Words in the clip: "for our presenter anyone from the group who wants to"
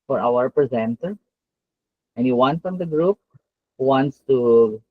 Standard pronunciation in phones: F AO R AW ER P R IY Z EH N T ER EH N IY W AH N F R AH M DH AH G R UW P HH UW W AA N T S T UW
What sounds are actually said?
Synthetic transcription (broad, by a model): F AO R AW ER P R IY Z EH N T ER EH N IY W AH N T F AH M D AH G R UW P HH UW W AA N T S T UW